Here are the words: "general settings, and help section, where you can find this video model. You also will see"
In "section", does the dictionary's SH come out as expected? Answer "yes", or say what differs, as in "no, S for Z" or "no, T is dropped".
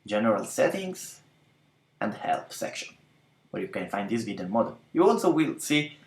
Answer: yes